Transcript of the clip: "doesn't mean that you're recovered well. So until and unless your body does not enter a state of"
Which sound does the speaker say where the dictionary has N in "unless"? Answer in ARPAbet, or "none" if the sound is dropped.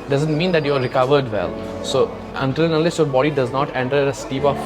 none